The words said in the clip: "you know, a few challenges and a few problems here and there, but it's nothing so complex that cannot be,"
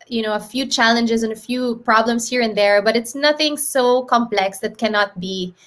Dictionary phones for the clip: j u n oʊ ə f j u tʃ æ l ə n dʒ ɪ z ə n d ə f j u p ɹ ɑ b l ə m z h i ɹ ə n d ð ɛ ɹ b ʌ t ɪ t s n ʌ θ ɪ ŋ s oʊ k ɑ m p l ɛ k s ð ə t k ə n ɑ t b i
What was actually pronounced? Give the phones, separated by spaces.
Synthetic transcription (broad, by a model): j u n oʊ ə f j u tʃ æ l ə n dʒ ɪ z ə n ə f j u p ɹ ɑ b l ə m s h i ɹ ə n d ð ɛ ɹ b ʌ t ɪ t s n ʌ θ ɪ ŋ s oʊ k ɑ m p l ɛ k s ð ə t k ə n ɑ t b i